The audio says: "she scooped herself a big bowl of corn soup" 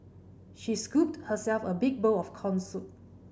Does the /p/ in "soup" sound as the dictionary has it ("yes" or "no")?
no